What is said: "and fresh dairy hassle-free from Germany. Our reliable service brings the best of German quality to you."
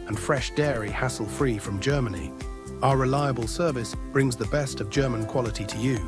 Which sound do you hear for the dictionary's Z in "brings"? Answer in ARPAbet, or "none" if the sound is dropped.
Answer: Z